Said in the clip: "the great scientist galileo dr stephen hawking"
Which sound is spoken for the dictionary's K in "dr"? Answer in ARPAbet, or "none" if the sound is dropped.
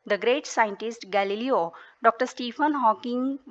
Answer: K